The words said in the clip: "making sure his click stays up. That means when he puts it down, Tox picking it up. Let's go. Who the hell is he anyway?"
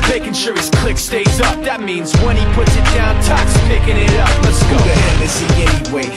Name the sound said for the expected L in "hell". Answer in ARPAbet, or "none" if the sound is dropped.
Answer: N